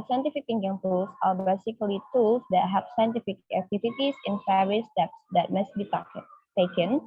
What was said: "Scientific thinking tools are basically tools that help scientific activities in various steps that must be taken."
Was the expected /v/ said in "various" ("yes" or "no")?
no